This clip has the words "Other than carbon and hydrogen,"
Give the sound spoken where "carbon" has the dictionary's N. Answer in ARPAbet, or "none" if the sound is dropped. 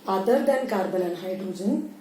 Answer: L